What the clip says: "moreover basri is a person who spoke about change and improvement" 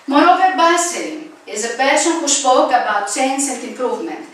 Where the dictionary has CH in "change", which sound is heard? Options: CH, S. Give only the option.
S